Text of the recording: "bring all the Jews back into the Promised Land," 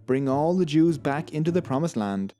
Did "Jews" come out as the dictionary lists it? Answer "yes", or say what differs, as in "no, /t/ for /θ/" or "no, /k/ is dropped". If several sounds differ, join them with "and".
yes